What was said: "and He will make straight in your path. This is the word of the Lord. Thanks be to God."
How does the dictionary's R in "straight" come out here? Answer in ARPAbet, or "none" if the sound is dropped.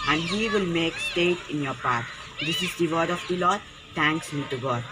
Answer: none